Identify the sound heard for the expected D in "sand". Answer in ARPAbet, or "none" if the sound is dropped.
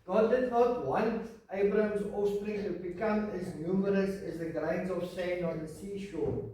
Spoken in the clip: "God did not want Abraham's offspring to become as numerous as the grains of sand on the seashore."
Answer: none